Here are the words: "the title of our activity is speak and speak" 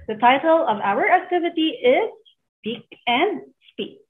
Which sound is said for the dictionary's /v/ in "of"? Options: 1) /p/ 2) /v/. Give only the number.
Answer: 2